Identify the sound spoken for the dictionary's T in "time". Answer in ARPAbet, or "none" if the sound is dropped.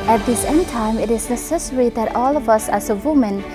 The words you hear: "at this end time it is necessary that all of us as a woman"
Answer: T